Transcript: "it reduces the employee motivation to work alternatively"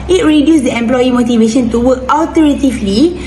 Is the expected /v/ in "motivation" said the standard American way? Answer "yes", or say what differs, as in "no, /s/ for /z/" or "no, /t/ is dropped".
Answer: yes